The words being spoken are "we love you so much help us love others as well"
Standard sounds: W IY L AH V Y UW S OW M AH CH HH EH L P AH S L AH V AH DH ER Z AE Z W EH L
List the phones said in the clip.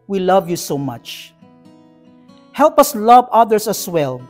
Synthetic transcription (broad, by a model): W IY L AH V Y UW S OW M AH CH HH EH L P AH S L AH V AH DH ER S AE S W EH L